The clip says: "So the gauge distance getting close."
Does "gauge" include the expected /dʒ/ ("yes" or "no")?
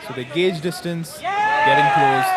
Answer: yes